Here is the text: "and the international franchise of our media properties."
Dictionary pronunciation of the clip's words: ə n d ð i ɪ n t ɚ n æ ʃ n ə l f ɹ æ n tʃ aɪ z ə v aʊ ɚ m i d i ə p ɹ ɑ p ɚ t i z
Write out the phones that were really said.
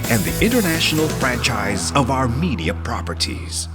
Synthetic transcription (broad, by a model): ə n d ð i ɪ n t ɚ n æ ʃ n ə l f ɹ æ n tʃ aɪ z ə v aʊ ɚ m i d i ə p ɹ ɑ p ɚ t i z